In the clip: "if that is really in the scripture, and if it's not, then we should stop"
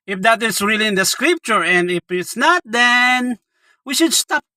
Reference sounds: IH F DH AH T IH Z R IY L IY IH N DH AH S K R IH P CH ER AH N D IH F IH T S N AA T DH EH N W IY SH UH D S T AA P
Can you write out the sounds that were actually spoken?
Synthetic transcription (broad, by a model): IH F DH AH T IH S R IY L IY IH N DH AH S K R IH P CH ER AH N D IH F IH T S N AA T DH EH N W IY SH UH D S T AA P